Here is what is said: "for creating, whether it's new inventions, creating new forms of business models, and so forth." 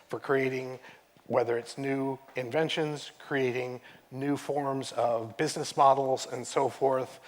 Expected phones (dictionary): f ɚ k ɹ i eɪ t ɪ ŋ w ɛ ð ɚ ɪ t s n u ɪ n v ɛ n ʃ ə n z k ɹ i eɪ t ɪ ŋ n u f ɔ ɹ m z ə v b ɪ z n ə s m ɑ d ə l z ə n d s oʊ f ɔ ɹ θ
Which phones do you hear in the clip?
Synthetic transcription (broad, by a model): f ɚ k ɹ i eɪ t ɪ ŋ w ɛ ð ɚ ɪ t s n u ɪ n v ɛ n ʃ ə n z k ɹ i eɪ t ɪ ŋ n u f ɔ ɹ m z ə v b ɪ z n ə s m ɑ d l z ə n s oʊ f ɔ ɹ θ